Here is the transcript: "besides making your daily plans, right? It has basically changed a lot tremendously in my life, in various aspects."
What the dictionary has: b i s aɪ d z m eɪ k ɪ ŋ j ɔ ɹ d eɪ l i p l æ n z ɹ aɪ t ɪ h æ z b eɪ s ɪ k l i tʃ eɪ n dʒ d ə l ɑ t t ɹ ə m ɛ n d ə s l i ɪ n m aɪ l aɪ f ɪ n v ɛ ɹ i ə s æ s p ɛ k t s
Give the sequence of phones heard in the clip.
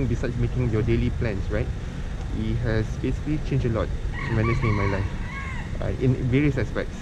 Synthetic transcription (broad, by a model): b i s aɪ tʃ m eɪ k ɪ ŋ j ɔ d eɪ l i p l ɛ n s ɹ aɪ t ɪ h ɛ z b eɪ s ɪ k l i tʃ eɪ n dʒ ə l ɑ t t ə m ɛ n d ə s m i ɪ n m aɪ l aɪ f ɪ n v ɛ ɹ i ə s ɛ s p ɛ k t s